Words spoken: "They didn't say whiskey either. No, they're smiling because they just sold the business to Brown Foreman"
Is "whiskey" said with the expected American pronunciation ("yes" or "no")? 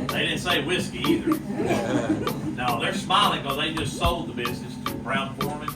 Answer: yes